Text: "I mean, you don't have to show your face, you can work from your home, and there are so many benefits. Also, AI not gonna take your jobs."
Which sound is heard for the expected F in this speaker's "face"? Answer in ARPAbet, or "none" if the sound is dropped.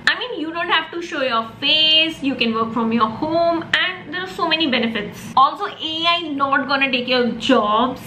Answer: F